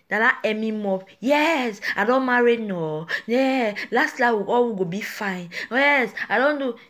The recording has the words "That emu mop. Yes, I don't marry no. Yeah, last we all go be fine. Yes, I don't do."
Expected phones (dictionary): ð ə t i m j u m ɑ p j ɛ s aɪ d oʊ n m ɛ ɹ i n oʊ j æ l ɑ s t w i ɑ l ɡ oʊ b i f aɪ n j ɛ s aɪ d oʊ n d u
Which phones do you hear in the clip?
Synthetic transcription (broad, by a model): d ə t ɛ m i m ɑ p j ɛ s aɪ d oʊ n m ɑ ɹ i n oʊ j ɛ l ɑ s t w i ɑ w ɡ oʊ b i f aɪ n j ɛ s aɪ d oʊ n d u